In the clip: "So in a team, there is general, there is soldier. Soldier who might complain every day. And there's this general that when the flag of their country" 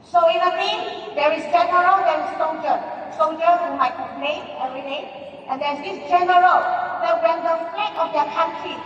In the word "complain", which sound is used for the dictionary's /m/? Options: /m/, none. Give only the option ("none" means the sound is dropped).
none